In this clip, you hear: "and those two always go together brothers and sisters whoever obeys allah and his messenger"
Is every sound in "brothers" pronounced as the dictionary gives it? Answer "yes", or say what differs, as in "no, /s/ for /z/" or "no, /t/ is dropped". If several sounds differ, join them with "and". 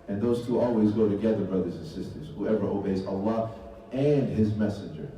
yes